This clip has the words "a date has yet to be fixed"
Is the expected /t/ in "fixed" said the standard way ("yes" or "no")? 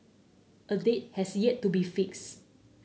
no